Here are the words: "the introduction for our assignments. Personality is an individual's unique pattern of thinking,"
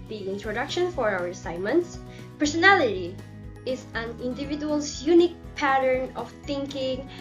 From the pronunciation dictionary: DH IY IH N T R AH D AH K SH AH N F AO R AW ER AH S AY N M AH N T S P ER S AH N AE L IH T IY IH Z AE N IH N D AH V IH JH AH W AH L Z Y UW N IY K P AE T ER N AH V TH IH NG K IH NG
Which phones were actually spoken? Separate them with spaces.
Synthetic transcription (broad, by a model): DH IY IH N T R AH D AH K SH AH N F AO R AW ER AH S AY N M AH N T S P ER S AH N AE L IH T IY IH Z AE N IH N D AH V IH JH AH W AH L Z Y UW N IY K P AE T ER N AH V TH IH NG K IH NG